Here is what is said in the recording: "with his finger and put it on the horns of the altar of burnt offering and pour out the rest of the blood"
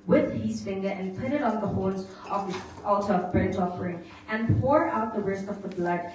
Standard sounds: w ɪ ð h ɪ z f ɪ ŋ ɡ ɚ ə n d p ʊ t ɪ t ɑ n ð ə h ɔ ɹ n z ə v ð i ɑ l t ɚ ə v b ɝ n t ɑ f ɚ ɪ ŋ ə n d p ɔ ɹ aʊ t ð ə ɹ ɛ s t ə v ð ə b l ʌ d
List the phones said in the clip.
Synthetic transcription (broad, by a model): w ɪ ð h ɪ z f ɪ ŋ ɡ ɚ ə n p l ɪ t ɪ t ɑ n ð ə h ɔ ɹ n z ə v ð i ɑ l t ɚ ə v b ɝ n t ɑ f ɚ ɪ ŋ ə n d p ɔ ɹ aʊ t ð ə ɹ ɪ s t ə v ð ə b l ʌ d